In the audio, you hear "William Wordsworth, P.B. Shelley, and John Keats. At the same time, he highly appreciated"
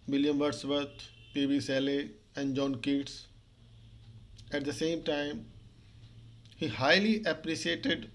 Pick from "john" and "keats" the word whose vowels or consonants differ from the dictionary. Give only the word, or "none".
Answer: none